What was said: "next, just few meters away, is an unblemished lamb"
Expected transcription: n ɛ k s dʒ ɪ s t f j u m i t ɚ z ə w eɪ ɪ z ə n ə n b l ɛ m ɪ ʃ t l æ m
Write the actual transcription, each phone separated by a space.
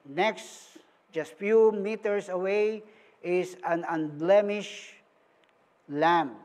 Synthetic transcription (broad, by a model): n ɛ k s dʒ ɪ s t f j u m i t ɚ s ə w eɪ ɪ s ə n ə n b l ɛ m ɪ ʃ l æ m